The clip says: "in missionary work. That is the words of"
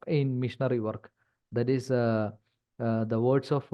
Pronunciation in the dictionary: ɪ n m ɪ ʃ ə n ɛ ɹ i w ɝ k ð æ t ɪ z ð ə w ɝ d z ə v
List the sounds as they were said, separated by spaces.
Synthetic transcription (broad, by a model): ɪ n m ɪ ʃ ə n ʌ ɹ i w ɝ k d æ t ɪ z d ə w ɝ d s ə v